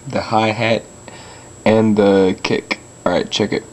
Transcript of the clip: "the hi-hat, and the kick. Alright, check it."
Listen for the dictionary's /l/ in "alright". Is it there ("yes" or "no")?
no